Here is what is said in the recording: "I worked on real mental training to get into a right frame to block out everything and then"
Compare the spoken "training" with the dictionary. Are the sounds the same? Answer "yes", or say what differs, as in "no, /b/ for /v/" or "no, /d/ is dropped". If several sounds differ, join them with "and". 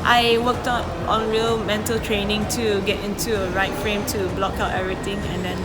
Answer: yes